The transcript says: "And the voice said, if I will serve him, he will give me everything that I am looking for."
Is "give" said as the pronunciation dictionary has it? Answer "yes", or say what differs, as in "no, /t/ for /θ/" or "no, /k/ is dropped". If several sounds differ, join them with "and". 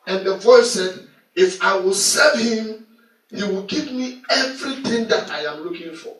no, /p/ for /v/